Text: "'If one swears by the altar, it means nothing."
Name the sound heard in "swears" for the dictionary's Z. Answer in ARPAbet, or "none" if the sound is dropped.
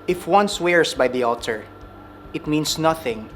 S